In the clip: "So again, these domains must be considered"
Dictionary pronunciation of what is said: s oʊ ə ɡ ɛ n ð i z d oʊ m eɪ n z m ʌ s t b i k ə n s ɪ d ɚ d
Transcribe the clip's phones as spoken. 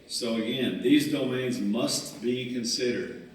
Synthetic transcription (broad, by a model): s oʊ ə ɡ ɛ n ð i z d oʊ m eɪ n z m ʌ s t b i k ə n s ɪ d ɚ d